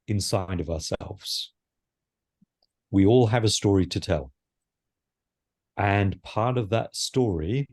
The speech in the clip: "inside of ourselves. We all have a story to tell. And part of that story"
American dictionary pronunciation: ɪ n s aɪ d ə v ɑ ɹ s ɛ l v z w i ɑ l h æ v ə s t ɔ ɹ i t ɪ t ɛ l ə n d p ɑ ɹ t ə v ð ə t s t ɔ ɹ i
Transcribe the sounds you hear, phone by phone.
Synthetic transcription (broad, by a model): ɪ n s aɪ d ə v ɑ ɹ s ɛ l v z w i ɑ l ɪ v ə s t ɔ ɹ i t ɪ t ɛ l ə n p ɑ ɹ t ə v ð ə t s t ɔ ɹ i